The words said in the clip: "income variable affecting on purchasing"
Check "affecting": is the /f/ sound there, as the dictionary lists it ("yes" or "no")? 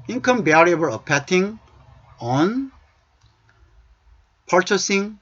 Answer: no